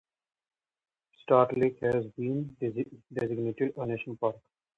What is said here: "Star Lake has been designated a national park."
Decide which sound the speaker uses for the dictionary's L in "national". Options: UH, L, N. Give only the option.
N